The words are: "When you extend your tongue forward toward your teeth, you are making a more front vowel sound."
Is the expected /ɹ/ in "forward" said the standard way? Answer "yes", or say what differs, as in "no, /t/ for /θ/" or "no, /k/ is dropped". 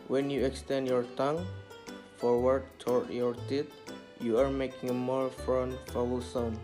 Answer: yes